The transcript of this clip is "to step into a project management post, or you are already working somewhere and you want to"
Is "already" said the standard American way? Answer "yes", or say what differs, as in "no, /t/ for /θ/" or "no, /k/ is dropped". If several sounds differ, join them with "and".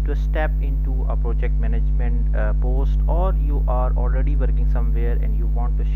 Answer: yes